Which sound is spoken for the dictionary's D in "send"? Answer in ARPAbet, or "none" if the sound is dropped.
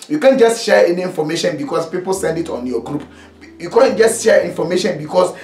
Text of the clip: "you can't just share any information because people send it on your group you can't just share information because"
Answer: D